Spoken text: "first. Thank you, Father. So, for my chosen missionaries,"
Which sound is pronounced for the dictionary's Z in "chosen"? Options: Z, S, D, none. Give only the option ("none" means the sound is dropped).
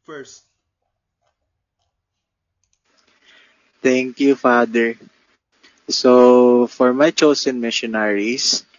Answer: S